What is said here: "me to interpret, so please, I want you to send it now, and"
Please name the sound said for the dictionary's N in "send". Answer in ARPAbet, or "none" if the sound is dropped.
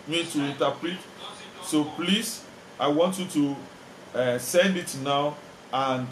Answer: N